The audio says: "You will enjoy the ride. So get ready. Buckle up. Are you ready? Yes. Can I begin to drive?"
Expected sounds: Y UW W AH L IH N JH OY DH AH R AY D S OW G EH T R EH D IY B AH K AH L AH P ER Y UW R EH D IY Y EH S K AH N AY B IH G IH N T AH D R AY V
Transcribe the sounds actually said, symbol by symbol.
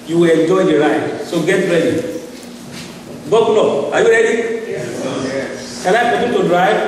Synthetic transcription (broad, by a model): Y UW W AH L IH N JH OY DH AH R AY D S OW G EH T R EH D IY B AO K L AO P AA Y UW R EH D IY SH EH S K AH L AY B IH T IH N T AH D R AY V